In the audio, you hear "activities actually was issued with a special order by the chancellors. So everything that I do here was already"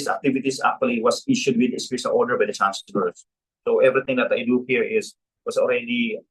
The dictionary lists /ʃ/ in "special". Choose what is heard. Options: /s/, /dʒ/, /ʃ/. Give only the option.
/s/